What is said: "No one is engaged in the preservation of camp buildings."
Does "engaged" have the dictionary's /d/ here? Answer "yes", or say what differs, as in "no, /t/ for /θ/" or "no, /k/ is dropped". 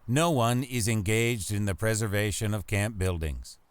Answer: yes